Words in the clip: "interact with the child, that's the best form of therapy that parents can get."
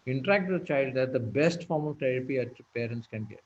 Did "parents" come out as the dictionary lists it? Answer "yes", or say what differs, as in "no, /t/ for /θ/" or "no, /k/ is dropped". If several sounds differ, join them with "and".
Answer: yes